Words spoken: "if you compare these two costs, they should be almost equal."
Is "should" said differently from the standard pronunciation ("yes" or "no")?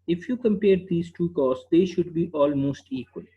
no